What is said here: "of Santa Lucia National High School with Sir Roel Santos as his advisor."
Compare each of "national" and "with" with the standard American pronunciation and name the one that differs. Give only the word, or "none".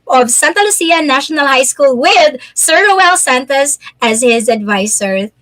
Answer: none